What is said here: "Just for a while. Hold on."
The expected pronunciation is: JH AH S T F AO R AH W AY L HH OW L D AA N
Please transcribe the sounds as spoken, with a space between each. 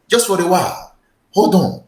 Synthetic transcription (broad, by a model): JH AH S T F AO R AH W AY L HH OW D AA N